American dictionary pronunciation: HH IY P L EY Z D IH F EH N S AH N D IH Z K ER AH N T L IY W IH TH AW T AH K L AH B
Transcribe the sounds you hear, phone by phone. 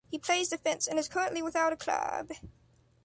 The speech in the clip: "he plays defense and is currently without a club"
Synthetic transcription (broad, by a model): HH IY P L EY Z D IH F EH N S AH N IH Z K ER AH N T L IY W IH TH AW T AH K L AH B